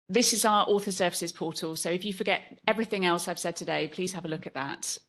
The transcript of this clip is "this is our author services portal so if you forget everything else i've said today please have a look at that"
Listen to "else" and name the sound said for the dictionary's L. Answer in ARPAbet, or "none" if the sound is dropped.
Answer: L